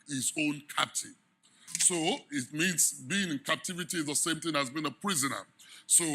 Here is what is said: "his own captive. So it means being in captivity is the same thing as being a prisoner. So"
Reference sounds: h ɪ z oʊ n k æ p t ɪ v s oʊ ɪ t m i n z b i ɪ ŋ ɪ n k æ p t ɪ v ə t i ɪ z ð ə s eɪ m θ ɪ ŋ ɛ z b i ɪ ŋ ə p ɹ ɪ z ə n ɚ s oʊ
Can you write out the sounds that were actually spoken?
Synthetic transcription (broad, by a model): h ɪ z oʊ n k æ p t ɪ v s oʊ ɪ t m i n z b i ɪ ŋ ɪ n k æ p t ɪ v ə t i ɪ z ð ə s eɪ m θ ɪ ŋ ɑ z b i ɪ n ə p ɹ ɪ z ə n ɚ s oʊ